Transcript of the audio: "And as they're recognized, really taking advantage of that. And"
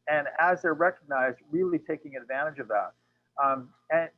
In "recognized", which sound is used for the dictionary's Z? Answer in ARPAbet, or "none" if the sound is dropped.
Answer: Z